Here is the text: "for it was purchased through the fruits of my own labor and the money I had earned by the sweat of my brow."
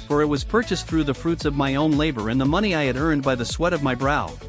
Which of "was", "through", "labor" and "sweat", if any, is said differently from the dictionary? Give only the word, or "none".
none